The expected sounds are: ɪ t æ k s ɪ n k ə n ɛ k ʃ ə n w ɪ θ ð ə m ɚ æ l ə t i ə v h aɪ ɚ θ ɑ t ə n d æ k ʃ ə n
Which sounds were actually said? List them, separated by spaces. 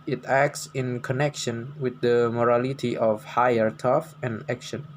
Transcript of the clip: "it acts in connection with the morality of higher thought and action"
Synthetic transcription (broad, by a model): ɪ t æ k s ɪ n k ə n ɛ k ʃ ə n w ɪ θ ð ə m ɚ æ l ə t i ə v h aɪ ɚ t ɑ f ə n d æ k ʃ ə n